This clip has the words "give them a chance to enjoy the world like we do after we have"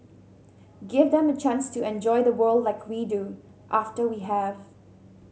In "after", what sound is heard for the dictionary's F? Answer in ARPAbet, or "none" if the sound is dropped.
F